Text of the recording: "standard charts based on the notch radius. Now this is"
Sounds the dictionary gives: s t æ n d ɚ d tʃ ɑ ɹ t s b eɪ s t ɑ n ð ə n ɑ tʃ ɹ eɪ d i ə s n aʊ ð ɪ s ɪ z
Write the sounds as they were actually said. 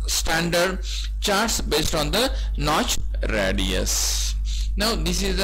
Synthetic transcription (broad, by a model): s t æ n d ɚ d tʃ ɑ ɹ t s b eɪ s t ɑ n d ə n ɑ tʃ ɹ eɪ d i ə s n aʊ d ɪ s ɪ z